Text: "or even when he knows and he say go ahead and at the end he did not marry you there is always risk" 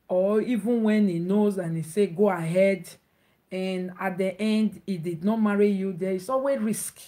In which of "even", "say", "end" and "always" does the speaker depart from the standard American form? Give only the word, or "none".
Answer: always